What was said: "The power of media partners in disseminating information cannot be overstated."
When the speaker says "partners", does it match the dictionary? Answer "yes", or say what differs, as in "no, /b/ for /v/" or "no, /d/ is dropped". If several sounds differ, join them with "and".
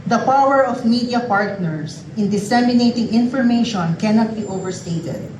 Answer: no, /s/ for /z/